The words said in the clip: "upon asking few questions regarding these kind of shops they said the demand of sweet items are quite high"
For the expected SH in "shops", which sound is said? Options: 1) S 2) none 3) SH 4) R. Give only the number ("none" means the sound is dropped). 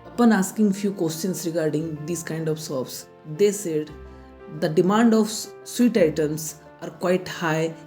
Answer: 1